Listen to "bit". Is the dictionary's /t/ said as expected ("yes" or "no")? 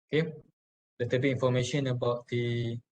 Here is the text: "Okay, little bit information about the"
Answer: no